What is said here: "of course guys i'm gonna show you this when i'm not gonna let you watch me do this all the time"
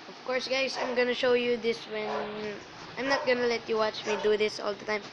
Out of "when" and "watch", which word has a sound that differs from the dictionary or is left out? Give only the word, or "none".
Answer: none